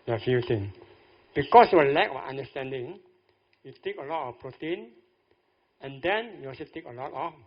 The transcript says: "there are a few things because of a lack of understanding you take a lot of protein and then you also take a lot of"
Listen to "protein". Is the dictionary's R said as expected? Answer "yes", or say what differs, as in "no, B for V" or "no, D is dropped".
yes